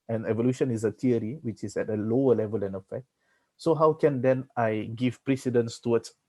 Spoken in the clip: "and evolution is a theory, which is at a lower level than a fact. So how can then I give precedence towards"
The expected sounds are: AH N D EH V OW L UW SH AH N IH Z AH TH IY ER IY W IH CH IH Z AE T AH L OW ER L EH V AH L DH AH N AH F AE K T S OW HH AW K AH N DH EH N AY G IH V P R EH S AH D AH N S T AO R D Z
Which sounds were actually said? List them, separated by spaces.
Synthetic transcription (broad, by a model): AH N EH V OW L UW SH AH N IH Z AH T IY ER IY W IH CH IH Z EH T AH L OW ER L EH V AH L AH N AH F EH K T S OW HH AW K AH N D EH N AY G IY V P R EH S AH D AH N S T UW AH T